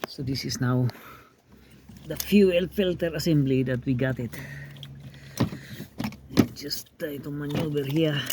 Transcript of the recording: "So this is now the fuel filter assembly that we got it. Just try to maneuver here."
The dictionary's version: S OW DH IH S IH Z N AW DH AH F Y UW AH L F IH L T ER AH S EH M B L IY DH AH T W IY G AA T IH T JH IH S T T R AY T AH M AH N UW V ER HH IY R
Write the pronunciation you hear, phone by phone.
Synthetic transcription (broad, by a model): S OW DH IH S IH S N AW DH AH F Y UW AH L F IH L T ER AH S EH M B L IY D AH T W IY G AA T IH T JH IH S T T AY T AH M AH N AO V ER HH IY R